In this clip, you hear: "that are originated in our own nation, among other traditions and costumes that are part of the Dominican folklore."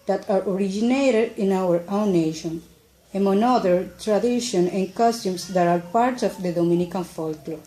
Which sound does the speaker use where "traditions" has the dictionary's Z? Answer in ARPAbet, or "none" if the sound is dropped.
none